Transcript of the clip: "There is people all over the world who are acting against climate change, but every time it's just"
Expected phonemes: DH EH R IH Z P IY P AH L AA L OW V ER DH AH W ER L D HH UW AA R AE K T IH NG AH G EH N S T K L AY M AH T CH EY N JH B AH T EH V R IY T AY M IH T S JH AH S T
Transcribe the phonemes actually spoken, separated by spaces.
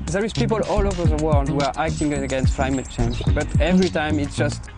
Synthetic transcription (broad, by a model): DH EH R IH Z P IY P AH L AA L OW V ER DH AH W ER L D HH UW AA R AE K T IH NG AH G EH N S T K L AY M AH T CH EY N JH B AH T EH V R IY T AY M IH T S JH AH S T